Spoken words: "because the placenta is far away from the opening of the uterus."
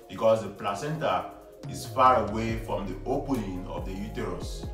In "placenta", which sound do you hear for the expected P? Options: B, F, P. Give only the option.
P